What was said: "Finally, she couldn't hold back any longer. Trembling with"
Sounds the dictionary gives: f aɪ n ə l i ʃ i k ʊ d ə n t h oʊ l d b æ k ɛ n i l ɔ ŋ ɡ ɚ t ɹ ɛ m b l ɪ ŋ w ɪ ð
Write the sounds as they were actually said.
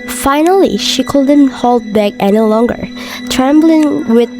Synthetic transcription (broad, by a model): f aɪ n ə l i ʃ i k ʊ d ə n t h oʊ l d b æ k ɛ n i l ɔ ŋ ɡ ɚ t ɹ ɛ m b l ɪ ŋ w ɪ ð